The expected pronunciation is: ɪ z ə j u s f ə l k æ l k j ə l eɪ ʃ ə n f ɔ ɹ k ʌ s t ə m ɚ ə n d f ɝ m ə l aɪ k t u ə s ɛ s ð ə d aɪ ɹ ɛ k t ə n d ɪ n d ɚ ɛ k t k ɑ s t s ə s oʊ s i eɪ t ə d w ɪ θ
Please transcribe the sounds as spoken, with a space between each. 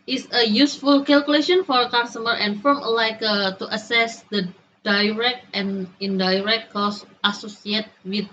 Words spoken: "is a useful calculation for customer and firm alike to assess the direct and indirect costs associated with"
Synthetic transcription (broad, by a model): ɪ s ə j u s f ə l k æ l k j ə l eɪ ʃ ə n f ɔ ɹ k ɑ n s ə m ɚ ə n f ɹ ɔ m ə l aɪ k t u ə s ɛ s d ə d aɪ ɹ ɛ k t ə n d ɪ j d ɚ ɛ k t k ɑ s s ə s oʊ s i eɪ t w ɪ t